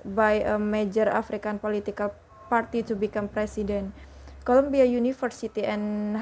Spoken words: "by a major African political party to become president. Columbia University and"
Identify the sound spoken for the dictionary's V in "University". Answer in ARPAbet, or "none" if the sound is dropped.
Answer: F